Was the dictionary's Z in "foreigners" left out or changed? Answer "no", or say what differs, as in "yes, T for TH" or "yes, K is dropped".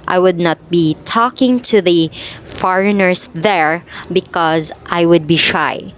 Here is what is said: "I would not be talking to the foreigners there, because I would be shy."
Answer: yes, S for Z